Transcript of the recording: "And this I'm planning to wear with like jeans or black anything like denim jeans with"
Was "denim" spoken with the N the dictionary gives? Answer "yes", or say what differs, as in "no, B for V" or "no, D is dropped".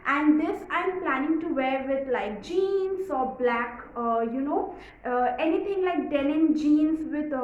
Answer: no, L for N